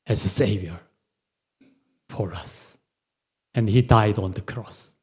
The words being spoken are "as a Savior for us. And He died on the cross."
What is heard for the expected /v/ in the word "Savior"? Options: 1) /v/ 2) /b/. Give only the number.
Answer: 1